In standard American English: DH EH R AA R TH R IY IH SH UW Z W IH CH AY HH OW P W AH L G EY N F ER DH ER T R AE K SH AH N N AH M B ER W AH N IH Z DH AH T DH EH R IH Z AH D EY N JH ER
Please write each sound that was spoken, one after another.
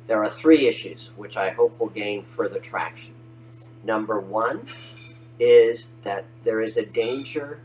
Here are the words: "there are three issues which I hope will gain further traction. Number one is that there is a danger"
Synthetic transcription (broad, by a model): DH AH R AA R TH R IY IH SH UW Z W IH CH AY HH OW P W AH L G EY N F ER DH ER T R AE K SH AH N N AH M B ER W AH N IH Z DH AH T DH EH R IH Z AH D EY N JH ER